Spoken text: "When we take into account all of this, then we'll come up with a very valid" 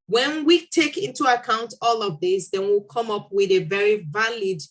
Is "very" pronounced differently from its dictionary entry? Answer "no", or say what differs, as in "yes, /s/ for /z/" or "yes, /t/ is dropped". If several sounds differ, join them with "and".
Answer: no